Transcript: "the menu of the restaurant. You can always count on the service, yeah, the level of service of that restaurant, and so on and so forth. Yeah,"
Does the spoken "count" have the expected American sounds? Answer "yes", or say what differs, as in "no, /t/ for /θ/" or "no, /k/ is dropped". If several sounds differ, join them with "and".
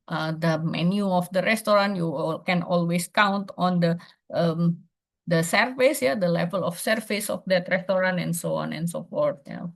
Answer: yes